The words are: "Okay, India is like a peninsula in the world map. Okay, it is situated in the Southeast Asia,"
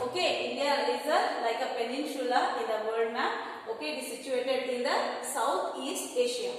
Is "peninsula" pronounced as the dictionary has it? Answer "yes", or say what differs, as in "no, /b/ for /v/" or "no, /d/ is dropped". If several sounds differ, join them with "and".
no, /ʃ/ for /s/